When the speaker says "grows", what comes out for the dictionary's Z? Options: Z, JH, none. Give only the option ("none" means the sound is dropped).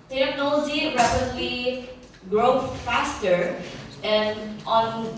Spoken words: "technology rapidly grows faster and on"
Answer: none